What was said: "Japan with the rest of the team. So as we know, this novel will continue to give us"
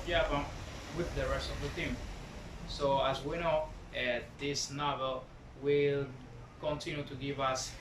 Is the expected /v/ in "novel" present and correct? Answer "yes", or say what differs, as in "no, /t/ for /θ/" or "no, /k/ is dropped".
yes